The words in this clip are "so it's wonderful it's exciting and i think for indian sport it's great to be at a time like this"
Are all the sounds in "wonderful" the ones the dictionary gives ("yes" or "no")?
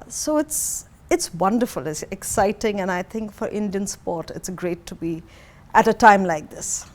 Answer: yes